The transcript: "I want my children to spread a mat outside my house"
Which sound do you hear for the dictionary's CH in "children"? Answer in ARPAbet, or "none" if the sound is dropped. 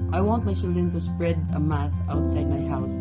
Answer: S